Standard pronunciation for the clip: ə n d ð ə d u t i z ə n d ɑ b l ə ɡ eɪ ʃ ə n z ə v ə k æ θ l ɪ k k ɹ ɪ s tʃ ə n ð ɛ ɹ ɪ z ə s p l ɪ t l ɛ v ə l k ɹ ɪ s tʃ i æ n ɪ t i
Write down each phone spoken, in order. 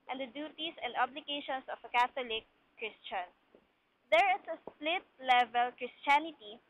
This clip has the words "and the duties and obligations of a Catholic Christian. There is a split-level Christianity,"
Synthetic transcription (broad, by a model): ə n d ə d u t i s ə n d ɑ b l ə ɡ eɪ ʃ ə n s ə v ə k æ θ l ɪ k k ɹ ɪ s tʃ ə n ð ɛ ɹ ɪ s ə s p l ɪ t l ɛ v ə l k ɹ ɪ s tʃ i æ n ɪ t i